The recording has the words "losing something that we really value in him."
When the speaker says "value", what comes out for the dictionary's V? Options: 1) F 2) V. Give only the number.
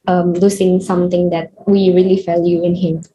1